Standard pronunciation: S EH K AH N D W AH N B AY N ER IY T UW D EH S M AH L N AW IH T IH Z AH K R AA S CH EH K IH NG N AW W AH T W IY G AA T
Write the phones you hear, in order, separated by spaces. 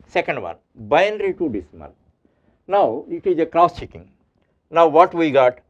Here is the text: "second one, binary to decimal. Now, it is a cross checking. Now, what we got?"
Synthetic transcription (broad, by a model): S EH K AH N D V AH N B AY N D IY T UW D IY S M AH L N AW IH T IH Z AH K R AA S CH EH K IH NG N AW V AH T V IY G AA T